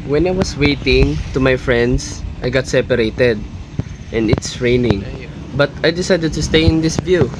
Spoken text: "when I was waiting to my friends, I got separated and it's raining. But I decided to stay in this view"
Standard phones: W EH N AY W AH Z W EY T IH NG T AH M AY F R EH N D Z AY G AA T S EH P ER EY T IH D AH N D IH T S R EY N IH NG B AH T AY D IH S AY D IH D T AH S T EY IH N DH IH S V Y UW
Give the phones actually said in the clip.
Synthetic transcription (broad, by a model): W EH N AY W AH S W EY T IH NG T AH M AY F R EH N D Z AY G AA T S EH P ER EY T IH D AH N D IH T S R EY N IH NG B AH T AY D IH S AY D IH D T AH S T EY IH N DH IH S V Y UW